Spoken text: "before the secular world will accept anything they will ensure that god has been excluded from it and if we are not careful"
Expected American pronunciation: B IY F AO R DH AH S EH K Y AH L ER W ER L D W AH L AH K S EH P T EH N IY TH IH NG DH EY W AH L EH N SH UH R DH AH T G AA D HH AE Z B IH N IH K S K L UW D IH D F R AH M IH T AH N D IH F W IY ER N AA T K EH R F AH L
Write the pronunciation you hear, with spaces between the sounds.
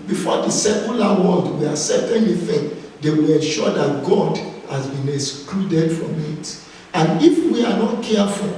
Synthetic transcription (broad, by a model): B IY F AO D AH S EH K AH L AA W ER L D W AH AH S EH T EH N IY F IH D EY W AH L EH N SH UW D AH T G AA D HH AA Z B IH N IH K S K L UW D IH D F R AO M IH T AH N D IH F W IY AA N AA T K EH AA F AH